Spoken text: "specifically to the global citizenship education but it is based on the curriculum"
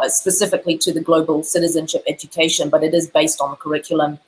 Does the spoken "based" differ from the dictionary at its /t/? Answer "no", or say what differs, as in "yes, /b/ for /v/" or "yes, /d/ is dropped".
no